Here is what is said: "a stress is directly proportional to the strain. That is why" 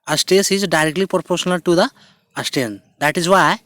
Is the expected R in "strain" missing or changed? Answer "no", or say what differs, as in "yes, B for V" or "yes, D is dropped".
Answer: yes, R is dropped